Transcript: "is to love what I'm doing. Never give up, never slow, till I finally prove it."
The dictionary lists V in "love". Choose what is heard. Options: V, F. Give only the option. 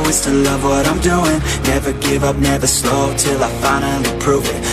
V